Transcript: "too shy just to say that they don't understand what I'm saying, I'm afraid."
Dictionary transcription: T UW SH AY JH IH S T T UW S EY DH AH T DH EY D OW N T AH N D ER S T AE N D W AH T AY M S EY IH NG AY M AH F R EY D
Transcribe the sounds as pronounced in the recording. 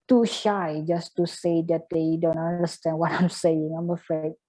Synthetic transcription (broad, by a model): T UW SH AY JH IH S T T UW S EY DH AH T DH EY D OW N T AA N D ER S T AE N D W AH T AY M S EY IH NG AY M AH F R EY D